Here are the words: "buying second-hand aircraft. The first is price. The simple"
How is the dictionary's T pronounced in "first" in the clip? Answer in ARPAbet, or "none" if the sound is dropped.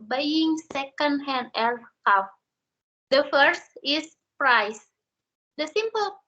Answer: T